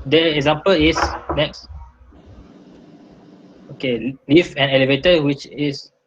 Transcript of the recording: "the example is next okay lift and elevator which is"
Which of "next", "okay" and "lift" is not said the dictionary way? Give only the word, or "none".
lift